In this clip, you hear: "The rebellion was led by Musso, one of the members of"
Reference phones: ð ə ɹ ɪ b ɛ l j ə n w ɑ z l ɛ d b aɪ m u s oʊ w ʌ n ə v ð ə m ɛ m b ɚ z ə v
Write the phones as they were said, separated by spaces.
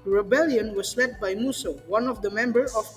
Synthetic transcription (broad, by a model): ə ɹ ɪ b ɛ l j ə n w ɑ s l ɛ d b aɪ m u s oʊ w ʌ n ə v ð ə m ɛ m b ɚ ə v